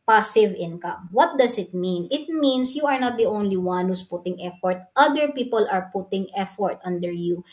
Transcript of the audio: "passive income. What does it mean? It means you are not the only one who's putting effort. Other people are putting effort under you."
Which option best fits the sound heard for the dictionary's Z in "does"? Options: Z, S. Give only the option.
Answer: S